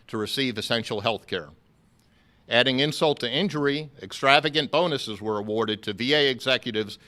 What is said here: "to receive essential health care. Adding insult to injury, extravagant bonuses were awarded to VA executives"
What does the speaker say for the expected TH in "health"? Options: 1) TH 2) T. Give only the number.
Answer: 1